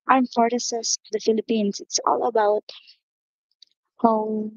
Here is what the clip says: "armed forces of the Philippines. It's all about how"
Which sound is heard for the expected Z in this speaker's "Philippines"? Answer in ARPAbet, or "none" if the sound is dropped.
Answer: S